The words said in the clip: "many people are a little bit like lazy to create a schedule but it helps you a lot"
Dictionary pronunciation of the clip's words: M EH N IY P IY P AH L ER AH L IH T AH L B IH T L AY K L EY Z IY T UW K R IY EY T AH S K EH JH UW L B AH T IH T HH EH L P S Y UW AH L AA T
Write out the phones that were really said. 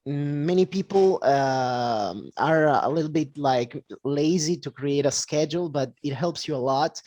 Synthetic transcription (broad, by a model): M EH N IY P IY P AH ER AH L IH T L B IH T L AY K L EY Z IY T UW K R IY EY T AH S K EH JH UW L B AH T IH T HH EH L P S Y UW AH L AA T